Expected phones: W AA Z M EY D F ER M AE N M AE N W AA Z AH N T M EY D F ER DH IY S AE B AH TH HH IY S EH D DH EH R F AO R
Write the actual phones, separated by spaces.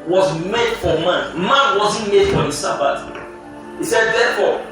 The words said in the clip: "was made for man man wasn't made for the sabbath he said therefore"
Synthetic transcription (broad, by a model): W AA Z M EY D F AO M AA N M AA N W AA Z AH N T M EY D F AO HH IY S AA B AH T HH IY S EH D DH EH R F AO